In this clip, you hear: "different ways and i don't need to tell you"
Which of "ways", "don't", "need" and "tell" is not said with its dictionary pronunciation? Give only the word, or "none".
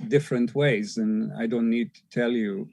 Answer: none